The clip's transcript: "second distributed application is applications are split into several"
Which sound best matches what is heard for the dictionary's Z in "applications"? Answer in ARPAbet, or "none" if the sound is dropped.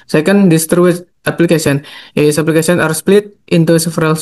none